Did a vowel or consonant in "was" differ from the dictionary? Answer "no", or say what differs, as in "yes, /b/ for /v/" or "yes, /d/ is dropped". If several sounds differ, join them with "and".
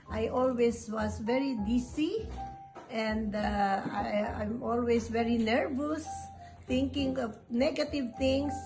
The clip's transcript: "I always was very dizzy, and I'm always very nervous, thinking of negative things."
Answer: yes, /s/ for /z/